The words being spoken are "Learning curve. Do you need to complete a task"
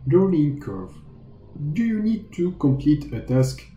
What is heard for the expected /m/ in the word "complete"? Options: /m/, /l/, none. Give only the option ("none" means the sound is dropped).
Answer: /m/